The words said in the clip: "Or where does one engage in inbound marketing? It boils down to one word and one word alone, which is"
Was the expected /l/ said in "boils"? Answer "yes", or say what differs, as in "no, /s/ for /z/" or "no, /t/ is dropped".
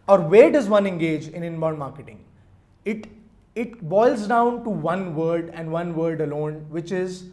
yes